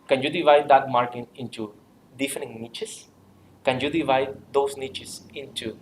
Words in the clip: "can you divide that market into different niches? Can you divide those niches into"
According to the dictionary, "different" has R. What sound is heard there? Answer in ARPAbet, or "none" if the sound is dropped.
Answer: none